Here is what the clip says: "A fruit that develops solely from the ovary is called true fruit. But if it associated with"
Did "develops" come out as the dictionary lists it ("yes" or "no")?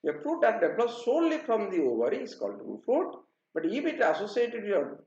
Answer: no